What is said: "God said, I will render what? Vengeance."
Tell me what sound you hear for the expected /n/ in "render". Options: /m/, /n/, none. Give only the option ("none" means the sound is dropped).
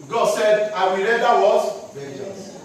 none